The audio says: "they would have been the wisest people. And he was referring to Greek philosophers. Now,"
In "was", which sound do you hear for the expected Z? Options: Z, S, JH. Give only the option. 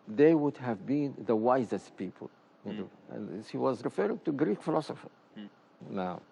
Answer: Z